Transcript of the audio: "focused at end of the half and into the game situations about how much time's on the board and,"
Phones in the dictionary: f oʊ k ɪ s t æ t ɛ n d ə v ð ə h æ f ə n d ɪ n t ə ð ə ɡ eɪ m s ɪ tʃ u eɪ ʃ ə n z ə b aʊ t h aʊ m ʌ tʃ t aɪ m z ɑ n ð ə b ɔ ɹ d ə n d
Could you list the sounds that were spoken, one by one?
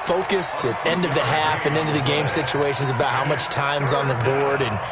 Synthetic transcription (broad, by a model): f oʊ k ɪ s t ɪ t ɛ n d ə v ð ə h æ f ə n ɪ n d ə ð ə ɡ eɪ m s ɪ tʃ u eɪ ʃ ə n z ə b aʊ t h aʊ m ʌ tʃ t aɪ m z n ð ə b ɔ ɹ d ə n